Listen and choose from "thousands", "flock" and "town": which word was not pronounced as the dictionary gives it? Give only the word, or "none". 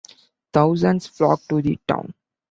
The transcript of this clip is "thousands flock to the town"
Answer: thousands